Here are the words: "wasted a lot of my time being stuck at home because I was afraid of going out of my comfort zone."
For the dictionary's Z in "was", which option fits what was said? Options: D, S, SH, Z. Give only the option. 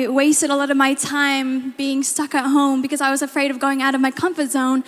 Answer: Z